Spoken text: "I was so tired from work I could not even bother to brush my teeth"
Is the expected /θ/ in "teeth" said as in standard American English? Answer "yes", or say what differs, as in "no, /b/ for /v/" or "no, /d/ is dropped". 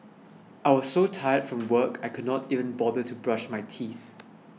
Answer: yes